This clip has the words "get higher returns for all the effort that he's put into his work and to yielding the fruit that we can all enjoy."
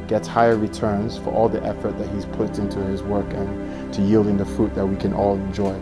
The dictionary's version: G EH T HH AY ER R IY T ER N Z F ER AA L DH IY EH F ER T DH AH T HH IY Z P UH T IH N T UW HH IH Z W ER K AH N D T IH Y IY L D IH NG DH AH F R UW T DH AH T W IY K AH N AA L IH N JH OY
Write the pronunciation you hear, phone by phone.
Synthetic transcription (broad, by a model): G EH T HH AY ER R IY T ER N Z F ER AA L DH IY EH F ER T DH AH T HH IY Z P UH T IH N T UW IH Z W ER K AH N T IH Y IY L D IH NG DH AH F R UW T DH AH T W IY K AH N AA L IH N JH OY